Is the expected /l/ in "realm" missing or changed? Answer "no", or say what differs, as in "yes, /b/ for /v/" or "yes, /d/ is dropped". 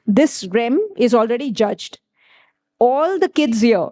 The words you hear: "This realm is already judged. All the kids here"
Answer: yes, /l/ is dropped